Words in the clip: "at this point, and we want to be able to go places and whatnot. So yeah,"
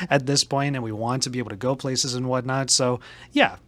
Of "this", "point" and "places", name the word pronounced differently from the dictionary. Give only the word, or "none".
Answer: none